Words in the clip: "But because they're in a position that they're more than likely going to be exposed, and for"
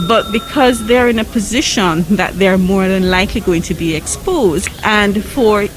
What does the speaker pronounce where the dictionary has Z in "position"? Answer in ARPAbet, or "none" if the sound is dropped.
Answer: Z